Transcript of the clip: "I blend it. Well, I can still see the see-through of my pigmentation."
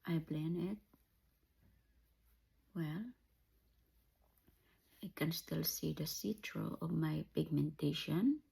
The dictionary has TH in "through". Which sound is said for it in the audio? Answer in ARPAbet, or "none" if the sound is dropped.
T